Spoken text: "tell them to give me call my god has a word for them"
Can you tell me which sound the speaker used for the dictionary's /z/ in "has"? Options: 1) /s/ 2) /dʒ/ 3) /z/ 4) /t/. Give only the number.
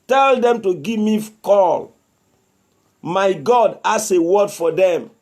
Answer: 1